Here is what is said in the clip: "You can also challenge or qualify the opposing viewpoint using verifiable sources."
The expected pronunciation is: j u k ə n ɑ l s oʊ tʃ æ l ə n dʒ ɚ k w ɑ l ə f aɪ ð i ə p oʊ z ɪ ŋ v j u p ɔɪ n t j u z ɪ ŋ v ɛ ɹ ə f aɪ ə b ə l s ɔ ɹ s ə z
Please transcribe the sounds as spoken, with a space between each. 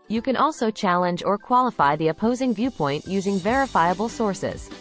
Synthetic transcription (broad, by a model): j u k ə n ɑ l s oʊ tʃ æ l ə n dʒ ɚ k w ɑ l ə f aɪ ð i ə p oʊ z ɪ ŋ v j u p ɔɪ n t j u z ɪ ŋ v ɛ ɹ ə f aɪ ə b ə l s ɔ ɹ s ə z